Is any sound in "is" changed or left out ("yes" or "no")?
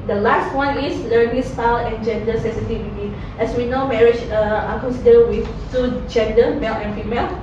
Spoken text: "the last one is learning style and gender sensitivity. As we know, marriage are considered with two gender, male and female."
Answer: yes